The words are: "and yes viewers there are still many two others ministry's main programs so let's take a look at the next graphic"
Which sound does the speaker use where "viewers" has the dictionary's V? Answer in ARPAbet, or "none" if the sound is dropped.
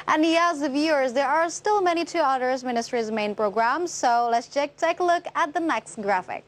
V